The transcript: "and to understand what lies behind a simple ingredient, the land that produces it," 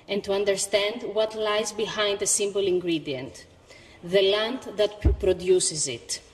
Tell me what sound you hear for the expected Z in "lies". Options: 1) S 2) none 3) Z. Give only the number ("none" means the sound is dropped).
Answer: 3